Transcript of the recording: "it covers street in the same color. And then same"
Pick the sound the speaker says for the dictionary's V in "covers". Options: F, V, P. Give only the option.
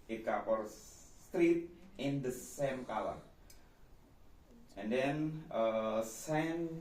F